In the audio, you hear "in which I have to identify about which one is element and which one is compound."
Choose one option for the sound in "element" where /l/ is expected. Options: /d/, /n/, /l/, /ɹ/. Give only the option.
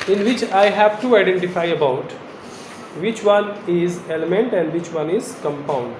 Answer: /l/